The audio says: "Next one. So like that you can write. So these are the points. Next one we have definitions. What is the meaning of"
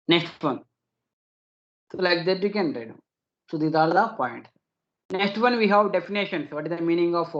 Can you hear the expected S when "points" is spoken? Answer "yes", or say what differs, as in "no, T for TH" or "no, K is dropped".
no, S is dropped